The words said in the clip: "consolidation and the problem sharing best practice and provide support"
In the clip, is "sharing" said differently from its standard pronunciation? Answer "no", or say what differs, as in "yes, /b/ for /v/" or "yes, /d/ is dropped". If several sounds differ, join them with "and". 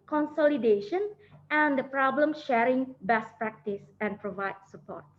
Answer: no